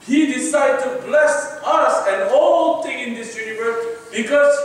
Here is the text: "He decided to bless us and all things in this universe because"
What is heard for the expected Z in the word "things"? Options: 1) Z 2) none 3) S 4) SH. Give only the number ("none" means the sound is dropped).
2